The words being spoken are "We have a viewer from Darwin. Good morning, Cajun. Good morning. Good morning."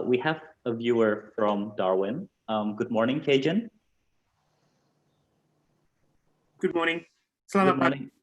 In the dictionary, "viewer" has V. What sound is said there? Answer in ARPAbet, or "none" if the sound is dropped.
V